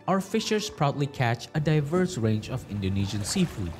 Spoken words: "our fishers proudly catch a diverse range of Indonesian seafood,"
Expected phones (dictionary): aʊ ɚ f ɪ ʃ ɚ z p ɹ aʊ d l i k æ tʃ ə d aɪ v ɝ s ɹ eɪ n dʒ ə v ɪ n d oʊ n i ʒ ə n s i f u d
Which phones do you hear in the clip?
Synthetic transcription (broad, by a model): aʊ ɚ f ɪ ʃ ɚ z p ɹ aʊ d l i k æ tʃ ə d aɪ v ɝ s ɹ eɪ n dʒ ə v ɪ n d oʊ n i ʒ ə n s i f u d